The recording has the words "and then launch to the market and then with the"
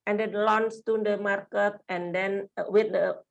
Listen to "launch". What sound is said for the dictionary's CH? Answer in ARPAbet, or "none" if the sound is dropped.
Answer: S